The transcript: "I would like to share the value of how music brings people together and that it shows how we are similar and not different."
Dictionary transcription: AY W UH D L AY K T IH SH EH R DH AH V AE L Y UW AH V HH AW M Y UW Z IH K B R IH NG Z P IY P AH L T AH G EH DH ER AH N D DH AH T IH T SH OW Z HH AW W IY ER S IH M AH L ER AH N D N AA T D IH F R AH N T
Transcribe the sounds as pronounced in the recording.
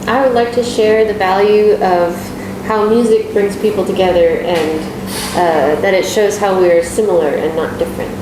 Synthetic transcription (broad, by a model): AY W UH D L AY K T IH SH EH R DH AH V AE L Y UW AH V HH AW M Y UW Z IH K B R IH NG Z P IY P L T AH G EH DH ER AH N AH DH AH T IH T SH OW Z HH AW W IY ER S IH M L ER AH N N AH T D IH F R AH N T